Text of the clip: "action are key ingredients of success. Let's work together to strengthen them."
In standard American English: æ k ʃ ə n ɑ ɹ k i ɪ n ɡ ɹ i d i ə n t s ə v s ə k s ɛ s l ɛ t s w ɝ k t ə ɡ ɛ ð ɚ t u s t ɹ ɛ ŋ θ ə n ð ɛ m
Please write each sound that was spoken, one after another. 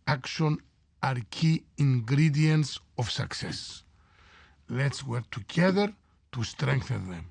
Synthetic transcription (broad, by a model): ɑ k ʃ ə n ɑ ɹ k i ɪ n ɡ ɹ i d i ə n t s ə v s ə k s ɛ s l ɛ t s w ɝ k t ə ɡ ɛ ð ɚ t u s t ɹ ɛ ŋ θ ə n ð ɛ m